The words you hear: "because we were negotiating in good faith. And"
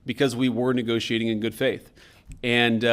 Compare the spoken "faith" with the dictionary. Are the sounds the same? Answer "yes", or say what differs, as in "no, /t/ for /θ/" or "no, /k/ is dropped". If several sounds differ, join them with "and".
yes